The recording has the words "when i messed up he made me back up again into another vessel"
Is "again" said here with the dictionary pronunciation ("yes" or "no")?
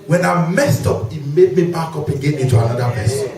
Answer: no